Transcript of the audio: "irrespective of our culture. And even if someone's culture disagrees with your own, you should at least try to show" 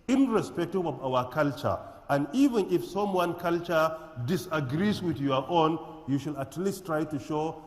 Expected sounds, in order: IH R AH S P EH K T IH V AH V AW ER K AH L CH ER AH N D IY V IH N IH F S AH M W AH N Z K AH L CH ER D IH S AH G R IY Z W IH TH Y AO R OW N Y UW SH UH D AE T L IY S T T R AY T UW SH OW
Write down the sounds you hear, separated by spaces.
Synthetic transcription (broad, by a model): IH R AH S P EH K T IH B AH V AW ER K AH L CH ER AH N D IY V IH N IH F S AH M W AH N K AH L CH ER D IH S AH G R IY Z W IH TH Y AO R OW N Y UW SH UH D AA T L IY S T T R AY T UW SH OW